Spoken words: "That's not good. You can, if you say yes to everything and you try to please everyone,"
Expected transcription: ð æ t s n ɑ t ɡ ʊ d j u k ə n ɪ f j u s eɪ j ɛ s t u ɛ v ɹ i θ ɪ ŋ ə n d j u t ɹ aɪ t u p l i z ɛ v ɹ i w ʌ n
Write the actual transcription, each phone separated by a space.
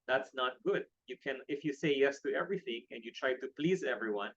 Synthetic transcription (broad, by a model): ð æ t s n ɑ t ɡ ʊ d j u k ə n ɪ f j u s eɪ j ɛ s t u ɛ v ɹ i θ ɪ ŋ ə n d j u t ɹ aɪ t u p l i z ɛ v ɹ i w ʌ n